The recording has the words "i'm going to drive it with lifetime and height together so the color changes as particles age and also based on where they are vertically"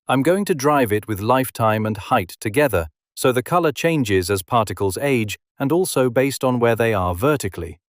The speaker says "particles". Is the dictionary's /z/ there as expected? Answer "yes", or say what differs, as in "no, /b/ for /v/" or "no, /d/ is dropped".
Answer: yes